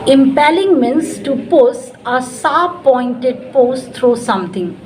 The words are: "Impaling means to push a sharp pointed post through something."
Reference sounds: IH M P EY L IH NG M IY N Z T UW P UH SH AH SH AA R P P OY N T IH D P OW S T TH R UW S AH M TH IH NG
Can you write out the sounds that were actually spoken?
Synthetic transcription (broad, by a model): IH M P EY L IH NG M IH N S T UW P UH S AH S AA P P OY N T IH D P OW S T R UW S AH M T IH NG